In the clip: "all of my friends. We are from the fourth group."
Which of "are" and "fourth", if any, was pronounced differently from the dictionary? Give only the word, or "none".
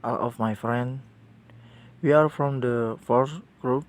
fourth